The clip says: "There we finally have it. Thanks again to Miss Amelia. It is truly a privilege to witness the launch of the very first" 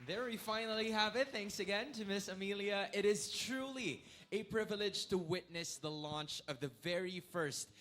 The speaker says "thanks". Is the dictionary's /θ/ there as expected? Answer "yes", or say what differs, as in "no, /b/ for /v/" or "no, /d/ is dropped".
yes